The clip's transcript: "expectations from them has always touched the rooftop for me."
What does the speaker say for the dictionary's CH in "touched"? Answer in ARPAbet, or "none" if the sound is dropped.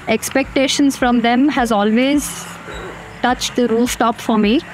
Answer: CH